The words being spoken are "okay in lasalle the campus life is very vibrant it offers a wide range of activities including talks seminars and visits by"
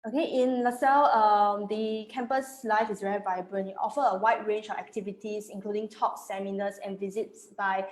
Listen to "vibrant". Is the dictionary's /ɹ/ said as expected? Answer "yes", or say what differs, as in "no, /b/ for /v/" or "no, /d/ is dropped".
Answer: no, /l/ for /ɹ/